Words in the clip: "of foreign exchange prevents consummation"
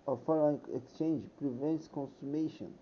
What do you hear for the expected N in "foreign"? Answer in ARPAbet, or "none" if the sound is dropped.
none